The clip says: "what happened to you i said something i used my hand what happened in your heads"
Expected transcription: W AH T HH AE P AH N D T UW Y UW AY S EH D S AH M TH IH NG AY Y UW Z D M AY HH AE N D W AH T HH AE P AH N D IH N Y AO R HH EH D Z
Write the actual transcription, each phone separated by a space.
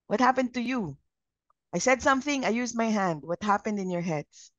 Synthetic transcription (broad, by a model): W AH T HH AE P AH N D T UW Y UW AY S EH D S AH M TH IH NG AY Y UW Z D M AY HH AE N D W AH T HH AE P AH N D IH N Y AO R HH EH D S